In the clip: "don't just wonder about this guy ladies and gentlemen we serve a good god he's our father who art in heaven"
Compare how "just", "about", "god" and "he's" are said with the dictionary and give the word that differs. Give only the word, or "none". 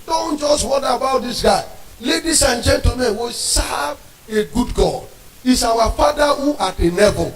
he's